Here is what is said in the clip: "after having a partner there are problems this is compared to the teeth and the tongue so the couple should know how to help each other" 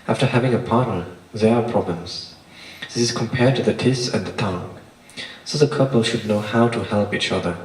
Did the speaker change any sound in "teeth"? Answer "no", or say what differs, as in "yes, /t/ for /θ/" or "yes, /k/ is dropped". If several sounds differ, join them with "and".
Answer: yes, /s/ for /θ/